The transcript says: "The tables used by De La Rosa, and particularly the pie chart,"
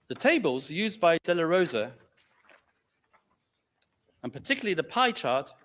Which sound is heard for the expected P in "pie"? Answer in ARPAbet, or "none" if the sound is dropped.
P